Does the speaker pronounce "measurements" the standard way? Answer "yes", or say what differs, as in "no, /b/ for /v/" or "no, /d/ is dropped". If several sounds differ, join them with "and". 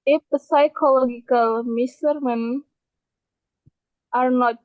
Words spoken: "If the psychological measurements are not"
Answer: no, /s/ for /ʒ/